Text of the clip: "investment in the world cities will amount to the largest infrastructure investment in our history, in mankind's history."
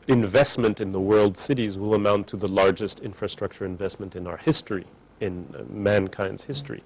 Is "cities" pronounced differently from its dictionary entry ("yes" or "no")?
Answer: no